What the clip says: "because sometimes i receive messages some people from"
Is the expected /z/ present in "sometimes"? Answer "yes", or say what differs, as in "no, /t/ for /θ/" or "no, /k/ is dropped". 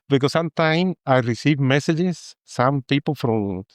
no, /z/ is dropped